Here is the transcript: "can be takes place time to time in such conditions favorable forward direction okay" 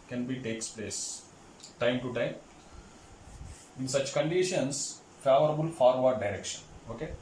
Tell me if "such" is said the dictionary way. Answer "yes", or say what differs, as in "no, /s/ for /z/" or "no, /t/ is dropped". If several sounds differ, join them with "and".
yes